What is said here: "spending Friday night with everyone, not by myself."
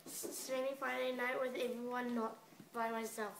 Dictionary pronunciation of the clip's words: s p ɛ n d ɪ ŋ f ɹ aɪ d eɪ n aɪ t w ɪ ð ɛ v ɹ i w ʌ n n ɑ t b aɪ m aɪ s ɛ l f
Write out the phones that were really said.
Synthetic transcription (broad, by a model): s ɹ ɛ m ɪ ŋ f aɪ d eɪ n aɪ t w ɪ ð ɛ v ɹ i w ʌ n n ɑ t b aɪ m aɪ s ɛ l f